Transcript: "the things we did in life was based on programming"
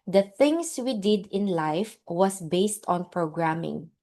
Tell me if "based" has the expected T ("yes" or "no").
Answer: yes